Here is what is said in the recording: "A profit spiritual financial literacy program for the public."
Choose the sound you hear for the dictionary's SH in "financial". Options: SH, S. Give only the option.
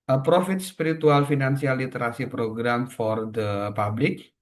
S